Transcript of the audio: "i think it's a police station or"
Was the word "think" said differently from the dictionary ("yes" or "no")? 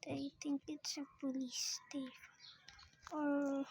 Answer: yes